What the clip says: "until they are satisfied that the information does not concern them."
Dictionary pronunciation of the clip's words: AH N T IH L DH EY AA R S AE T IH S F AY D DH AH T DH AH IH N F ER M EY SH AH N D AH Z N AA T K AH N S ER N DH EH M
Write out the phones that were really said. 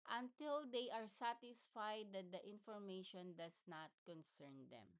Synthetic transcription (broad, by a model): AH N T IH L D EY AA R S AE T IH S F AY D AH T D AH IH N F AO M EY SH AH N D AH S N AA T K AH N S ER N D EH M